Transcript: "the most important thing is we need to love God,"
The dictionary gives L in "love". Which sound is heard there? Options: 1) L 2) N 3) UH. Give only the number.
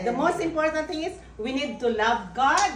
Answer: 1